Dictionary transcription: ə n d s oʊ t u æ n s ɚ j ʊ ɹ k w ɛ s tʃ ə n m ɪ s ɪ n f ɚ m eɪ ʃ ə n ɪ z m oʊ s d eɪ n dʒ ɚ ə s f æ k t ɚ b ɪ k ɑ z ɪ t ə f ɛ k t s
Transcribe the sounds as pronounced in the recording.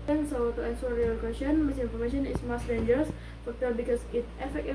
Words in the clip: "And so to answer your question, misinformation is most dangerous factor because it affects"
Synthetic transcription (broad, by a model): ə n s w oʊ t u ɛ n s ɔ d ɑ l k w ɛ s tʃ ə n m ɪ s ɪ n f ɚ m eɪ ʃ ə n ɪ s m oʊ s d eɪ n dʒ ɚ ə s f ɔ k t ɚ b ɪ k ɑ s ɪ t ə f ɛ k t